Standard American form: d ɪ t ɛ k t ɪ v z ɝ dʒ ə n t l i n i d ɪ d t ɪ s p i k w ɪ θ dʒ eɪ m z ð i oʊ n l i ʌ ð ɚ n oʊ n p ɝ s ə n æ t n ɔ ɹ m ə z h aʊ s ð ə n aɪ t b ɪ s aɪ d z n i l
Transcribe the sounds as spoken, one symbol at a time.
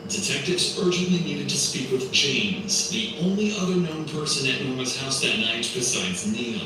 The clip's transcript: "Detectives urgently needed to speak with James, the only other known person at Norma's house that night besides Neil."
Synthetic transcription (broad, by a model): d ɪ t ɛ k t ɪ v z ɝ dʒ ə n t l i n i d ɪ d t ɪ s p i k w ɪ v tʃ eɪ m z ð i oʊ n l i ʌ ð ɚ n oʊ n p ɝ s ə n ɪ t n ɔ ɹ m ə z h aʊ s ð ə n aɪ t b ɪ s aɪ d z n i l